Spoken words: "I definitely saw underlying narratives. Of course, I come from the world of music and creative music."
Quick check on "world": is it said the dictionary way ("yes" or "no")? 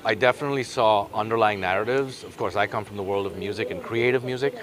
yes